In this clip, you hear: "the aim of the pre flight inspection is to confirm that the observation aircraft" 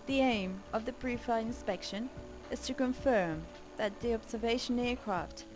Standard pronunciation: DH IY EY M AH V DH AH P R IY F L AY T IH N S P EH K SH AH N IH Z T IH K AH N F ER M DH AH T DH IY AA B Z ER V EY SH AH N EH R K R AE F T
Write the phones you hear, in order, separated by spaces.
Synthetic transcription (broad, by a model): DH IY EY M AH V DH AH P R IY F AY IH N S P EH K SH AH N IH Z T IH K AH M F ER M DH AH T DH IY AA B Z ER V EY SH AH N EH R K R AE F T